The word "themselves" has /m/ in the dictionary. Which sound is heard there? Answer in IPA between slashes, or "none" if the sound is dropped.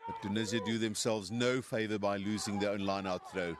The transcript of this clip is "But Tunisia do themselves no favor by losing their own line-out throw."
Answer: /m/